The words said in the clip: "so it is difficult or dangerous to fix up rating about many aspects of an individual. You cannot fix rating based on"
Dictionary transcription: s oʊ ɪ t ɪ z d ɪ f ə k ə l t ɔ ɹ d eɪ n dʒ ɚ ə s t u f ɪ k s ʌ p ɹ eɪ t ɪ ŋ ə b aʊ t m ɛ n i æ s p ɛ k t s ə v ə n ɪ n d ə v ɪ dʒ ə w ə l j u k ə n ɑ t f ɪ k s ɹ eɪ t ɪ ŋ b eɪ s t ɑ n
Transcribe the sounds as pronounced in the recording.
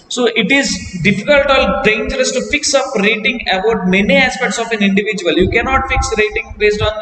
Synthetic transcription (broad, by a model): s oʊ ɪ t ɪ z d ɪ f ə k ə l t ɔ l d eɪ n dʒ ɚ ə s t u f ɪ k s ʌ p ɹ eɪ t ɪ ŋ ə b aʊ t m ɛ n i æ s p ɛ k t s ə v ə n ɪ n d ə v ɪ dʒ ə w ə l j u k ə n ɑ t f ɪ k s ɹ eɪ t ɪ ŋ b eɪ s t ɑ n